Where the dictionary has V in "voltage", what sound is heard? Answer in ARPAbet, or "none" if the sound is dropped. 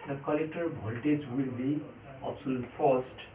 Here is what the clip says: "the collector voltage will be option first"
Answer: B